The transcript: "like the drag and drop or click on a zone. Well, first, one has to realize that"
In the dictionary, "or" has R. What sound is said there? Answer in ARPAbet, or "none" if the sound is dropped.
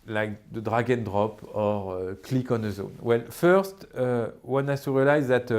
R